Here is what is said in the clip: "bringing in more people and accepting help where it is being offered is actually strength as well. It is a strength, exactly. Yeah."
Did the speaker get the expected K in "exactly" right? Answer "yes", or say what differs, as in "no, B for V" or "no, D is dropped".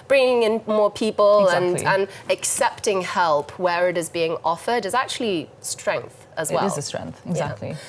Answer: no, K is dropped